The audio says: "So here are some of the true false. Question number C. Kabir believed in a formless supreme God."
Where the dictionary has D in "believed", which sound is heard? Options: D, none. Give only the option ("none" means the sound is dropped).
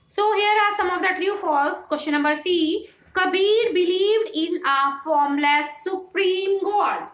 D